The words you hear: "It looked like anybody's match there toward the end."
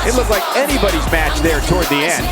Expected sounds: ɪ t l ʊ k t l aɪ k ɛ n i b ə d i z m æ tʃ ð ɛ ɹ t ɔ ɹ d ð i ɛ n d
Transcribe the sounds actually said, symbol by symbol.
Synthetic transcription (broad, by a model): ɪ t l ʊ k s l aɪ k ɛ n i b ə d i z m æ tʃ ð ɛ ɹ t ɔ ɹ d ð i ɛ n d